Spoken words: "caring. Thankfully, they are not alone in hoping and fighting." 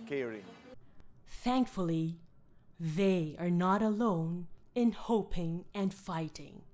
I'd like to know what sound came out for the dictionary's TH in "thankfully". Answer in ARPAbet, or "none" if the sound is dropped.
TH